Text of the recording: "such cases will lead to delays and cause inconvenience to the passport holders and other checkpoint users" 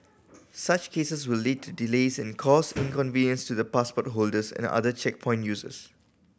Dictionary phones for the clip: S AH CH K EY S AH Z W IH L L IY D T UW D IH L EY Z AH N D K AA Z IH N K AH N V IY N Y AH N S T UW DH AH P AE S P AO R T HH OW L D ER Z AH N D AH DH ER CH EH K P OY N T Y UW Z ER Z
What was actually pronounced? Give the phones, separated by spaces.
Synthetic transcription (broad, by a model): S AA CH K EY S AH S W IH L L IY D T UW D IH L EY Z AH N K AA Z IH N K AH N V IY N Y AH N S T UW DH AH P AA S P AO T HH OW L D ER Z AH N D AH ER CH EH K P OY N T Y UW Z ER S